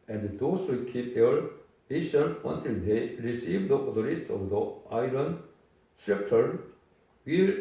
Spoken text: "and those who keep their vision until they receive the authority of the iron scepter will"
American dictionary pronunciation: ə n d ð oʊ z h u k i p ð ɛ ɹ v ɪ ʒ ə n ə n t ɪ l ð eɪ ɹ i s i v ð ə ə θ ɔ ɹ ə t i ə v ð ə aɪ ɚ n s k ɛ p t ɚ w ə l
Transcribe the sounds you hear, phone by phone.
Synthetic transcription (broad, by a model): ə n d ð oʊ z h u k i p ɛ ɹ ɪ s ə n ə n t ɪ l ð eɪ ɹ i s i v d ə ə t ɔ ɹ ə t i ə v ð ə aɪ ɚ n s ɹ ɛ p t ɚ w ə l